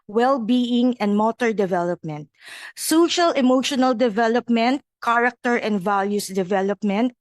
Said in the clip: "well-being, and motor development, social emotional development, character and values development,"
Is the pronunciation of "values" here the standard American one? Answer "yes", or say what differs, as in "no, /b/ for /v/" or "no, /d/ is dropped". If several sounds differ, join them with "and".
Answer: no, /s/ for /z/